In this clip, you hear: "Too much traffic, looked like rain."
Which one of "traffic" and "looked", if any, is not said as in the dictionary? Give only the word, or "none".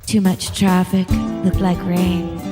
none